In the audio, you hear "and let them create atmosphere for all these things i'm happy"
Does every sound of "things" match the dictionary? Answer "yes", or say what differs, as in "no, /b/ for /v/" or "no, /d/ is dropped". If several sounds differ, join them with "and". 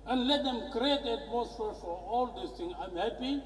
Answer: no, /z/ is dropped